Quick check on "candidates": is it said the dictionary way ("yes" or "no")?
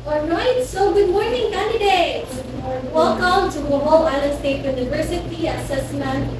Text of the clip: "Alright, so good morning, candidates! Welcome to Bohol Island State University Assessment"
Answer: no